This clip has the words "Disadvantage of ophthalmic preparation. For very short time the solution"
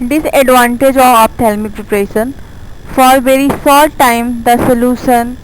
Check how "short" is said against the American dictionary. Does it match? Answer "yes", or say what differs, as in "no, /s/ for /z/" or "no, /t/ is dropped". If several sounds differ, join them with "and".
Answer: no, /s/ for /ʃ/